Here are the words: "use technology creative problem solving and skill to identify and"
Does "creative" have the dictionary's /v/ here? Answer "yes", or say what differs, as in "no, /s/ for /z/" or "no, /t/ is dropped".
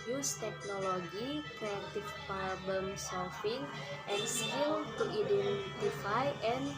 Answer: no, /f/ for /v/